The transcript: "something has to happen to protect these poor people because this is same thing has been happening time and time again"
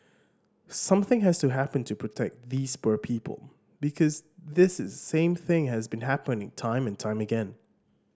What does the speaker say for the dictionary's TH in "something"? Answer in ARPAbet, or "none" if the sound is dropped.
TH